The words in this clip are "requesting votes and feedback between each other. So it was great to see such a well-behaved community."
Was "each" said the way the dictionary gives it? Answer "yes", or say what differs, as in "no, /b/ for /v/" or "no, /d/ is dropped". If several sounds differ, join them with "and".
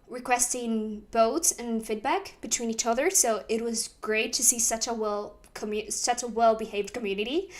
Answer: yes